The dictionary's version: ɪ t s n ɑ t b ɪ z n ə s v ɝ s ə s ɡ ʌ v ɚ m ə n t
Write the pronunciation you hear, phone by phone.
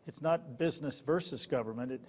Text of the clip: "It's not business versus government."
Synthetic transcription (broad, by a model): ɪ t s n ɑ t b ɪ z n ə s v ɝ s ə s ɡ ʌ v ɚ m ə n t